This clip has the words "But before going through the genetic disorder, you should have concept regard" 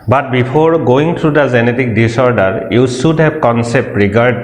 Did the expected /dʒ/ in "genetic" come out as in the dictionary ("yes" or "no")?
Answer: no